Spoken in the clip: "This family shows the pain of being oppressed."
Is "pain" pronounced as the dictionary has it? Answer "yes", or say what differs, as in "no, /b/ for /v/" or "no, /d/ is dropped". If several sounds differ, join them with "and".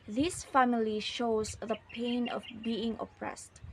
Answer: yes